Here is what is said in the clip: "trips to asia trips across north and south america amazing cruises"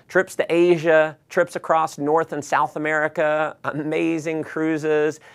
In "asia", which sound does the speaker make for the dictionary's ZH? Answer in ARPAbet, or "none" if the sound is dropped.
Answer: ZH